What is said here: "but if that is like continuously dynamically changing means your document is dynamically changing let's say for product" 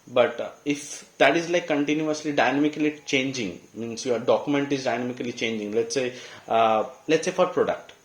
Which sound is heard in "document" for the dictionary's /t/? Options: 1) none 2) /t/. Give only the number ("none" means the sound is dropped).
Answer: 2